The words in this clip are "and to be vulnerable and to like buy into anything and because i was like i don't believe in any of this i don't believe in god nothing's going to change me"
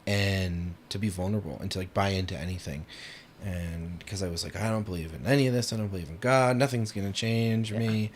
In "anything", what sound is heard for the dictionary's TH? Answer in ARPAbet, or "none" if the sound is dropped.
TH